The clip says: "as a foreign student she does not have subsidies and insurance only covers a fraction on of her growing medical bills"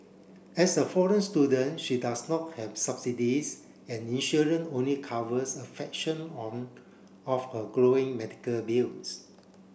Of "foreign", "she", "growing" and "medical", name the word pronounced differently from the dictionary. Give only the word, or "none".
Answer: none